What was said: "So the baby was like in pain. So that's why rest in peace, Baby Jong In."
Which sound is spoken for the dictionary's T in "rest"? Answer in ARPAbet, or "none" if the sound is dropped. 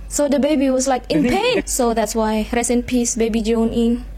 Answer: none